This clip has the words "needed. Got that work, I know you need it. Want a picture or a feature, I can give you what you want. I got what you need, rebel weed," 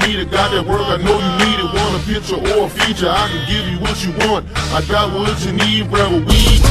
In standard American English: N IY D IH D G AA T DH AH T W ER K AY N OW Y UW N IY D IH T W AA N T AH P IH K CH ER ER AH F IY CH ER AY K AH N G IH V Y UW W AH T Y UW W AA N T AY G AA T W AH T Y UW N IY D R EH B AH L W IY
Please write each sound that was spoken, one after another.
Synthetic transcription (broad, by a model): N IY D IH G AA T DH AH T W ER K AY N OW Y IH N IY D IH T W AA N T AH P IH K CH ER ER AH F IY CH ER AY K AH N G IH V Y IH W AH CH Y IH W AA N T AY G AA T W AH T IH N IY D R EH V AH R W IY